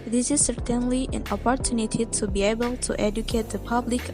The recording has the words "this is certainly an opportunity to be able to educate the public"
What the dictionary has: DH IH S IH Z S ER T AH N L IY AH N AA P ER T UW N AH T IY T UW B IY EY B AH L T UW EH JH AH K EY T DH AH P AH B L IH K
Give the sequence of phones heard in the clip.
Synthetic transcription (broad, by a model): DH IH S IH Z S ER T AH N L IY AH N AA P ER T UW N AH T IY T UW B IY EY B AH L T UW EH JH AH K EY T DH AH P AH B L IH K